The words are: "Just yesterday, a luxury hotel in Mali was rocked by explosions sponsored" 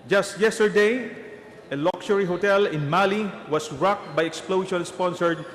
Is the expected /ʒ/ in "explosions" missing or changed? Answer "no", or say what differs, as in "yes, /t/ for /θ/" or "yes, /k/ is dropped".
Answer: yes, /ʃ/ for /ʒ/